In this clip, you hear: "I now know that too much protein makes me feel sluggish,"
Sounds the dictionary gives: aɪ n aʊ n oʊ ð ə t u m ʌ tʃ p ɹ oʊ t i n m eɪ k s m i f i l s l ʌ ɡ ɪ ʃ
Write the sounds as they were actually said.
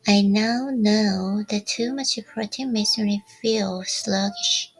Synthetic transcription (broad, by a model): aɪ n aʊ n oʊ ð ə t u m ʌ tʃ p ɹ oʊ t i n m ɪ s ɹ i f i l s l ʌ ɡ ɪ ʃ